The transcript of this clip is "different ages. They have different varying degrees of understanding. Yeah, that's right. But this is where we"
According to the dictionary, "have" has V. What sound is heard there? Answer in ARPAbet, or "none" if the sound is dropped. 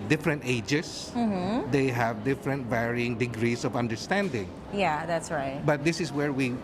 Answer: V